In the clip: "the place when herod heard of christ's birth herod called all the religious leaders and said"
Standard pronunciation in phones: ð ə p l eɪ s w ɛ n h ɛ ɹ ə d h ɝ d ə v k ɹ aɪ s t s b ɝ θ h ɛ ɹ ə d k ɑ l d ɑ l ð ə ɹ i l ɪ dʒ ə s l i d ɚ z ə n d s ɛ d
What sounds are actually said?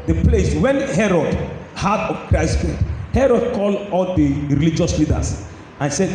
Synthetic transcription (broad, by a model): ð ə p l eɪ s w ɛ n h ɛ ɹ ə d h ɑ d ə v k ɹ aɪ s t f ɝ t h ɛ ɹ ə d k ɑ l d ɑ l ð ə ɹ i l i dʒ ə s l i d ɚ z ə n s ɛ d